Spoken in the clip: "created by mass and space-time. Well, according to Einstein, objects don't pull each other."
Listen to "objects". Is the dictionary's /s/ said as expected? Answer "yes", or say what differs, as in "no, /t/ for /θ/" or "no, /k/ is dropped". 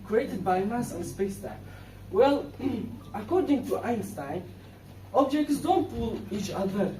yes